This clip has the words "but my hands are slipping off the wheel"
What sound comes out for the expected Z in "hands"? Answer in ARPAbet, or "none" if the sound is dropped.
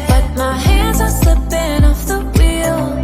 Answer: Z